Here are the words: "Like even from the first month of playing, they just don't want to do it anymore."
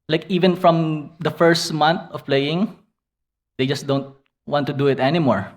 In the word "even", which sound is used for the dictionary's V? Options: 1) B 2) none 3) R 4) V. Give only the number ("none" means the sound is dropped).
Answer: 4